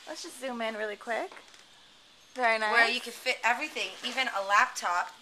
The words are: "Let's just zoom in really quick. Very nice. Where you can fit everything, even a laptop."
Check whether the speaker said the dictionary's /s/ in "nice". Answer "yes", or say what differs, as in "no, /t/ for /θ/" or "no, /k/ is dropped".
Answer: no, /s/ is dropped